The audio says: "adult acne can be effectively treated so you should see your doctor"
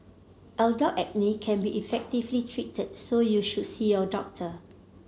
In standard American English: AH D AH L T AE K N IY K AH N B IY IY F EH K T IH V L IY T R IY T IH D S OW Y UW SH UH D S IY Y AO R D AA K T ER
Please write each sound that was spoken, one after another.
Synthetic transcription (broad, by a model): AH D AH T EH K N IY K AH N B IY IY F EH K T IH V L IY T R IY T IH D S OW Y UW SH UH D S IY Y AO D AA K T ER